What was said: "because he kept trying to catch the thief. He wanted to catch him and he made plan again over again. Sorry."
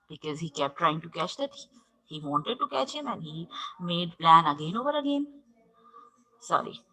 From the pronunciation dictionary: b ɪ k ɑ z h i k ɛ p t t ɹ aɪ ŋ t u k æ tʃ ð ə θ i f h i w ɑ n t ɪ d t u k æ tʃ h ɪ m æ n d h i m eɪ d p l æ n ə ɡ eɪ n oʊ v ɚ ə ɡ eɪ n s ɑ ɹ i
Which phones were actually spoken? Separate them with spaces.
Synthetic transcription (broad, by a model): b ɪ k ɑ z h i k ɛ p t t ɹ aɪ ŋ t u k æ tʃ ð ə t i h i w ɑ n t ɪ d t u k æ tʃ h ɪ m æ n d h i m eɪ d p l æ n ə ɡ eɪ n oʊ v ɚ ə ɡ eɪ n s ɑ ɹ i